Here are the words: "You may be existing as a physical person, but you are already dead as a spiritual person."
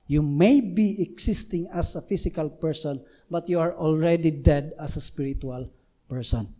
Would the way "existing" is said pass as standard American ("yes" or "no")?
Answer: no